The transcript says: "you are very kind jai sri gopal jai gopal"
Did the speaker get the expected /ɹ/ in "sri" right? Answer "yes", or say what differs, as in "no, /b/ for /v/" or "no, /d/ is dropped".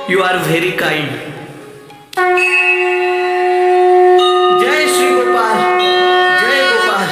no, /ɹ/ is dropped